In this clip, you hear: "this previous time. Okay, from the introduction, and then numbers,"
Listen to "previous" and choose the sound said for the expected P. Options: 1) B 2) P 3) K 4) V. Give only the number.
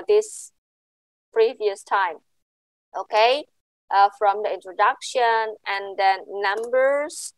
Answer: 2